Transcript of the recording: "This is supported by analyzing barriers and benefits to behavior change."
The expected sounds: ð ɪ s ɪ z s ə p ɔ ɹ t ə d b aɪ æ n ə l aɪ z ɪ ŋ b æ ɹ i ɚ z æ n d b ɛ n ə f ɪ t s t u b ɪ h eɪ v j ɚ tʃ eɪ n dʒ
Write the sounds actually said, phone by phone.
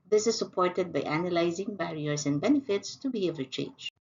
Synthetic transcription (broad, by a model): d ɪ s ɪ z s ə p ɔ ɹ t ə d b aɪ æ n ə l aɪ z ɪ ŋ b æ ɹ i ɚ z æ n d b ɛ n ə f ɪ t s t u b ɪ h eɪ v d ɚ tʃ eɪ n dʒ